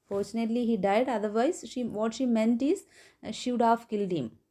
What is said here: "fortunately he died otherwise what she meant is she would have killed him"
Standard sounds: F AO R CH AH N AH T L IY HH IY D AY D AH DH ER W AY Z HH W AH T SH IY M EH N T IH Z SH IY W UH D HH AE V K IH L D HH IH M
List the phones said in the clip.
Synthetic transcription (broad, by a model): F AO R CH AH N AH T L IY HH IY D AY D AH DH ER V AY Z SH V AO T SH IY M EH N T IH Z SH IY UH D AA F K IH L D HH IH M